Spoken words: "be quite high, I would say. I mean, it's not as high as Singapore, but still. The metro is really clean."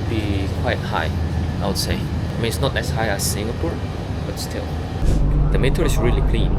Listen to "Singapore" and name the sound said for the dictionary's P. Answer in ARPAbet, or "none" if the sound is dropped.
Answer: P